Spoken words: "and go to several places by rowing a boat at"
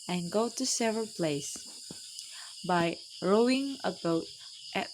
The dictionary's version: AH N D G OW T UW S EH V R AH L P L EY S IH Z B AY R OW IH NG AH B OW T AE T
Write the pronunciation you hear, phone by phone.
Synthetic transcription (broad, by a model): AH N G OW T UW S EH V R AH L P L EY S B AY R OW IH NG AH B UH T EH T